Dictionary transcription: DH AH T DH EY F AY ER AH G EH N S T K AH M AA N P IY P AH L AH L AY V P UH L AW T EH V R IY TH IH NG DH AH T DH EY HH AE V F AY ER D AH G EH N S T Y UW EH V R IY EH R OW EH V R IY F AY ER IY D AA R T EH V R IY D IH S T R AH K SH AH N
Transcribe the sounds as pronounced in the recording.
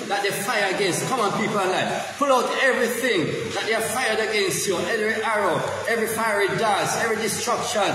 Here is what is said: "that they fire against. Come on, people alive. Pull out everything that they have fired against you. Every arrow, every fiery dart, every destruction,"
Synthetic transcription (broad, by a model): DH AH T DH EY F AY ER AH G EH N S T K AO M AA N P IY P AH L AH L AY P UH L AW T EH V R IY TH IH NG DH AH T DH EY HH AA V F AY ER D AH G EH N S T Y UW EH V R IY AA R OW EH V R IY F AY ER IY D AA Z EH V R IY D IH S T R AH K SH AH N